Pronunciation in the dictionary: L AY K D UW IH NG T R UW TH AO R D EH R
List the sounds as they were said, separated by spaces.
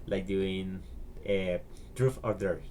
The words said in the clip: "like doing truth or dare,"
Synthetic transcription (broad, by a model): L AY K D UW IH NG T R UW F AO R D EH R